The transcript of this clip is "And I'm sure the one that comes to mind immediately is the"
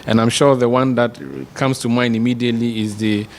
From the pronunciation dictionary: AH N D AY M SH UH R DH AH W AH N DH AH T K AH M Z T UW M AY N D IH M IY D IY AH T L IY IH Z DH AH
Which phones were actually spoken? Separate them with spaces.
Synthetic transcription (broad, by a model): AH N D AY M SH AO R DH AH W AH N DH AH T K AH M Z T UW M AY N IH M IY D IY AH T L IY IH Z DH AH